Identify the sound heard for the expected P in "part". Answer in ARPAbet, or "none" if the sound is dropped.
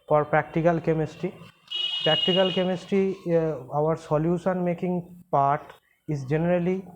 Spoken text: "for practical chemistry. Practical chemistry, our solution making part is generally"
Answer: P